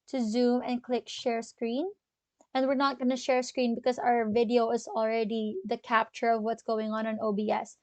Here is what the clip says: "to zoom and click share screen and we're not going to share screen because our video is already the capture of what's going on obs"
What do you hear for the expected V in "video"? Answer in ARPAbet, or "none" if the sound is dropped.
V